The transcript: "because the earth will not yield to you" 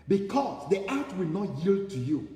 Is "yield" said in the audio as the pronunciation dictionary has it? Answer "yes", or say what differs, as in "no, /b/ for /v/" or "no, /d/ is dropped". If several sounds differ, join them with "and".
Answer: yes